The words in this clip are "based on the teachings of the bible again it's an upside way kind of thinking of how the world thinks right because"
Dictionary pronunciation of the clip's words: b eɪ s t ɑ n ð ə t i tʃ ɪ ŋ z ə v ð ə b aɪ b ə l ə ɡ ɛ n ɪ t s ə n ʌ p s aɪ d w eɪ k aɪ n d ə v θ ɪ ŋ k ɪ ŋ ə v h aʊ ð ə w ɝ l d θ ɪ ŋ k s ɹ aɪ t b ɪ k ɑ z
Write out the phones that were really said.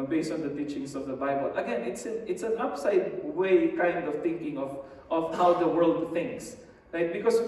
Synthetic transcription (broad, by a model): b eɪ s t ɑ n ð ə t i tʃ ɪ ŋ s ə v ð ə b aɪ b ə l ə ɡ ɛ n ɪ t s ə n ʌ p s aɪ d w eɪ k aɪ n d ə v θ ɪ ŋ k ɪ ŋ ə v h aʊ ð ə w ɝ l d θ ɪ ŋ k s ɹ aɪ t b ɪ k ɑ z